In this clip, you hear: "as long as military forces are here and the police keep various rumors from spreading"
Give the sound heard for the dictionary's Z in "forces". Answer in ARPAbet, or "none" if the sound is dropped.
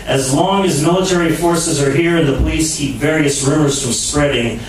Z